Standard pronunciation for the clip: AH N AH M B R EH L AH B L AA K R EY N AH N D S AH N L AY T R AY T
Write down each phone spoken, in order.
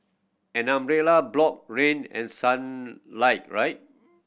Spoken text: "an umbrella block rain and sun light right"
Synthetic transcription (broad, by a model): AH N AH M R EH L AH B L AA K R EY N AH N S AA N L AY T R AY T